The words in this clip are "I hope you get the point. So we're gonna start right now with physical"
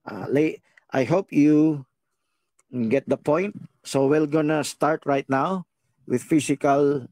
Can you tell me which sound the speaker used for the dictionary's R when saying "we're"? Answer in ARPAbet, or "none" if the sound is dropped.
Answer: L